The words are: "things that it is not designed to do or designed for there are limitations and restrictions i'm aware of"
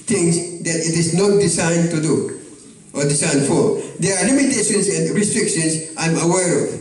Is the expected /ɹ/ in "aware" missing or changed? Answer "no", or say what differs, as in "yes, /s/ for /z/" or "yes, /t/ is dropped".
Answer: no